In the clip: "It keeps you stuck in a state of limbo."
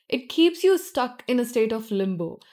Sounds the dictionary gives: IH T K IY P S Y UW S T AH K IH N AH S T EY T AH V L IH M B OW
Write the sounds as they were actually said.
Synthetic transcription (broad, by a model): IH T K IY P S Y UW S T AH K IH N AH S T EY T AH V L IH M B OW